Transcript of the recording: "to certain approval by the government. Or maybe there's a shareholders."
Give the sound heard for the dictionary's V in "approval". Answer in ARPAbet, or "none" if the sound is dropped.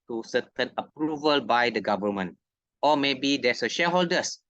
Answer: V